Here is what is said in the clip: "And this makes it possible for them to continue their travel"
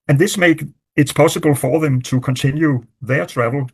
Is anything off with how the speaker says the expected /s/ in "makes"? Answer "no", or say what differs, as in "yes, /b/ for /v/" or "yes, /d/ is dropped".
yes, /s/ is dropped